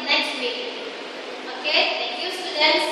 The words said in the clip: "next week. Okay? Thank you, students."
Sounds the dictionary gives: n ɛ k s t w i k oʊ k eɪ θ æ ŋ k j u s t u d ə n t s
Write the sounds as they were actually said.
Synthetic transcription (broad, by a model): n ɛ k s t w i oʊ k eɪ t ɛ ŋ k j u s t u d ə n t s